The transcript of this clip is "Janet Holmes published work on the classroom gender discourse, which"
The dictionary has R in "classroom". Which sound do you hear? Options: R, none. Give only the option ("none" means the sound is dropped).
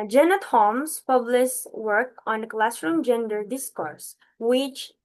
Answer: R